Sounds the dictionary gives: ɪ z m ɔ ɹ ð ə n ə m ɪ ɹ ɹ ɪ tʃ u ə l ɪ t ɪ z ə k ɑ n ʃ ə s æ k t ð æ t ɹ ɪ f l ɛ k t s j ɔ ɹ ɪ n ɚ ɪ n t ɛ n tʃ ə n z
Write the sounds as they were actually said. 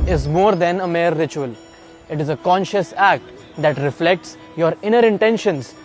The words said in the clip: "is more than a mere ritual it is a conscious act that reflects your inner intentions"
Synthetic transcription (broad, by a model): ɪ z m ɔ ɹ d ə n ə m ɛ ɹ ɹ ɪ tʃ u ə l ɪ t ɪ z ə k ɑ n ʃ ə s æ k t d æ t ɹ ɪ f l ɛ k t s j ɔ ɹ ɪ n ɚ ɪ n t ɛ n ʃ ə n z